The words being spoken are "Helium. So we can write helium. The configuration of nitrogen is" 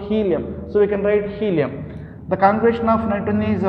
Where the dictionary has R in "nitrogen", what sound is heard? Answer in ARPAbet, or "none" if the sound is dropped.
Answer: none